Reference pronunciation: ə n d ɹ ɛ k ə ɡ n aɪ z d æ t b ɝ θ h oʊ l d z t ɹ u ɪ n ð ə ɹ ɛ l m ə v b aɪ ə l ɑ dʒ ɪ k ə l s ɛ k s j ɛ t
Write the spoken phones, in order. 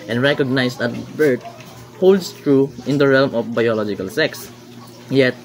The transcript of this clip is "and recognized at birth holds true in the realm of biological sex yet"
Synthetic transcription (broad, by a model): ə n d ɹ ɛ k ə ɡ n aɪ s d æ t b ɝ t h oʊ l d s t ɹ u ɪ n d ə ɹ ɛ l m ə f b aɪ ə l ɑ dʒ ɪ k ə l s ɛ k s j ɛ t